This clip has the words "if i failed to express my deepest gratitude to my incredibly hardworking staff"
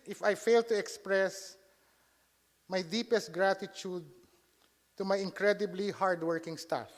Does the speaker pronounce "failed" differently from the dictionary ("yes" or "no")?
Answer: no